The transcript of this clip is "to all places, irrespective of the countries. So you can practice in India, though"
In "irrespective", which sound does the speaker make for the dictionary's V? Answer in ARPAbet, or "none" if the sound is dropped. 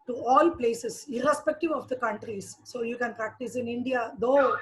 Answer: V